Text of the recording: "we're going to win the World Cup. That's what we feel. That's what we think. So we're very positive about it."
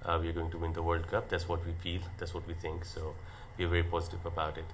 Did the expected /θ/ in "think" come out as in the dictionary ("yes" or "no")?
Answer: no